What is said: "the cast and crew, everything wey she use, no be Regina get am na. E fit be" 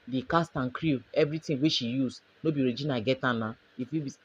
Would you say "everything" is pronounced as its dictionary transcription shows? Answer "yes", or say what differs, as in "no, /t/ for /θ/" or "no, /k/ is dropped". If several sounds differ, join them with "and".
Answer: no, /t/ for /θ/